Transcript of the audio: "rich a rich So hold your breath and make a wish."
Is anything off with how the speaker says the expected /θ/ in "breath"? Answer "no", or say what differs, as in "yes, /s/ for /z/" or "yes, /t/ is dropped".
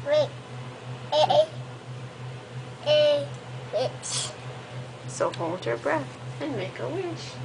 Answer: no